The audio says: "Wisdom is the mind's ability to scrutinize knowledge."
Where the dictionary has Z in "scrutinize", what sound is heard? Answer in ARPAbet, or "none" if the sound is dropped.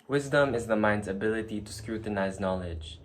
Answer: Z